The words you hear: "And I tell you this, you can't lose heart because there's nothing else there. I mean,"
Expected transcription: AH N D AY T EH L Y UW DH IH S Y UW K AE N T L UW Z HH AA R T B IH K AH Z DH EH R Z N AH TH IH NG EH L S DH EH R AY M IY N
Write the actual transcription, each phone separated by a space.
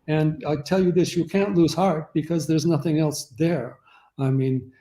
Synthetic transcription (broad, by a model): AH N AY T EH L Y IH DH IH S Y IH K AE N T L UW Z HH AA R T B IH K AH Z DH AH R Z N AH TH IH NG EH L S DH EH R AY M IY N